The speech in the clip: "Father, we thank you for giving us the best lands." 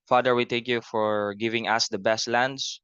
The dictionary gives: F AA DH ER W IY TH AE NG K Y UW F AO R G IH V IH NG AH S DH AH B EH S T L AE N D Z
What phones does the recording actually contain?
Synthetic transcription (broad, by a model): F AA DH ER W IY T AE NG K Y UW F AO R G IH V IH NG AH S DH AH B EH S T L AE N D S